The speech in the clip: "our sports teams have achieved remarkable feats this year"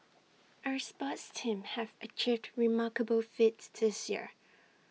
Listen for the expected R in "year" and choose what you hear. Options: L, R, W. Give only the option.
R